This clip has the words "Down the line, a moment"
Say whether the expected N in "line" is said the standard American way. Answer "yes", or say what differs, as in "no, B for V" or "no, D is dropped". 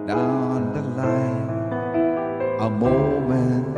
no, N is dropped